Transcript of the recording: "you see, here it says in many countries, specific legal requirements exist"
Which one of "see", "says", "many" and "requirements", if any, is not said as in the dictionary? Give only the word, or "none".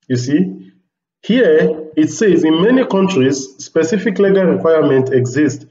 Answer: requirements